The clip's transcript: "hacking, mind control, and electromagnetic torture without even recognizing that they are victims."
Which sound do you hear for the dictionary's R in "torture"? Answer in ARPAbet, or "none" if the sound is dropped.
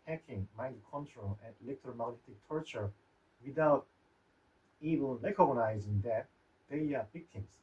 R